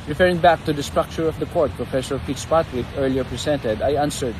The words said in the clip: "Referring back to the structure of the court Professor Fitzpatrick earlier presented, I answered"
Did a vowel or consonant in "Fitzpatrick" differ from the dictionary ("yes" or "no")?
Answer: yes